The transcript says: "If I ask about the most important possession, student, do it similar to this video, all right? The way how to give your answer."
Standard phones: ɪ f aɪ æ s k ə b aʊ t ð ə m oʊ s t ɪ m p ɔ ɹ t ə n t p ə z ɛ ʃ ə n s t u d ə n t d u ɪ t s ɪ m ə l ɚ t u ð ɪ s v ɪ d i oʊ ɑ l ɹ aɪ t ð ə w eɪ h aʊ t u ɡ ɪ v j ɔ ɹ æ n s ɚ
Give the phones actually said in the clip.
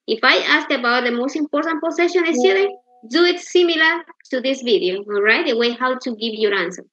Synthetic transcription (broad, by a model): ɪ f aɪ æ s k ə b aʊ t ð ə m oʊ s t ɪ m p ɔ ɹ t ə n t p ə s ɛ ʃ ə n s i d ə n d u ɪ t s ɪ m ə l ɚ t u ð ɪ s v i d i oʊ ɑ l ɹ aɪ t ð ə w eɪ h aʊ t u ɡ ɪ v j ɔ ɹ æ n s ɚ